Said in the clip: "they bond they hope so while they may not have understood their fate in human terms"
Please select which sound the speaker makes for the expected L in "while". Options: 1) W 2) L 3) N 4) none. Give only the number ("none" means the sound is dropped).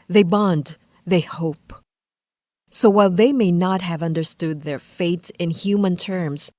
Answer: 2